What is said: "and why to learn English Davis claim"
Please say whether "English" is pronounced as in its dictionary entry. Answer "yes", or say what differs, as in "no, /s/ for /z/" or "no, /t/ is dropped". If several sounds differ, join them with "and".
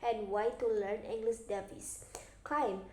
no, /s/ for /ʃ/